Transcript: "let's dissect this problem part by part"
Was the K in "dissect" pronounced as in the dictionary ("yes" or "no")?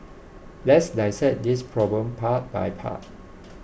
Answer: no